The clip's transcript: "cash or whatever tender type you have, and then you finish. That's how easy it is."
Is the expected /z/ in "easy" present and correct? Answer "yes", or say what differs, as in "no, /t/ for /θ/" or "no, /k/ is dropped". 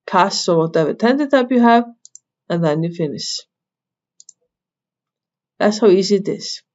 yes